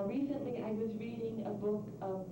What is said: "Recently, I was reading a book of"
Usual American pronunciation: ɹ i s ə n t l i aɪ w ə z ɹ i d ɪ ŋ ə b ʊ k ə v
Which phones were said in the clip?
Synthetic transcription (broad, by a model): ɹ i s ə n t l i aɪ w ə z ɹ i d ɪ ŋ ə b ʊ k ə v